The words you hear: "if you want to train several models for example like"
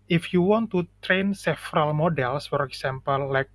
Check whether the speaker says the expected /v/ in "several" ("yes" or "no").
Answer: no